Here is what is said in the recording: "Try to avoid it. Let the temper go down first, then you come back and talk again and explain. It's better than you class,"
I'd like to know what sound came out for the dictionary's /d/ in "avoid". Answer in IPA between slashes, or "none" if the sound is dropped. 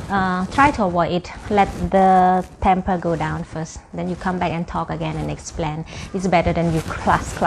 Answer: none